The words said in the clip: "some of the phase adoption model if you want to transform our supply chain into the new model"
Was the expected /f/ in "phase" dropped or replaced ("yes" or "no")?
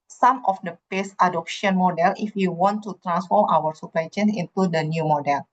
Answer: yes